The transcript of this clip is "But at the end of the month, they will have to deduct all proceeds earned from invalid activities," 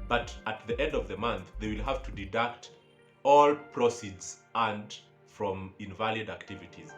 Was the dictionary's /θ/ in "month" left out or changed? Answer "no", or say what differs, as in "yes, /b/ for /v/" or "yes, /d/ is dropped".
no